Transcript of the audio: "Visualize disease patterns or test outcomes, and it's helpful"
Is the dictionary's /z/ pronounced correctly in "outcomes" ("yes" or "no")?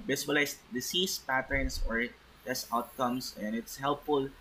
no